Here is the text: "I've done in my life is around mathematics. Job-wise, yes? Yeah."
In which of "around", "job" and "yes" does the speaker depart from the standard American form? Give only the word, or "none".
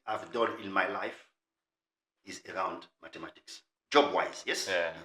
none